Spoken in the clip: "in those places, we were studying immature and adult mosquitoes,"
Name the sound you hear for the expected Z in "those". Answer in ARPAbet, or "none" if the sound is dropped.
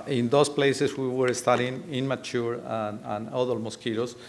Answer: S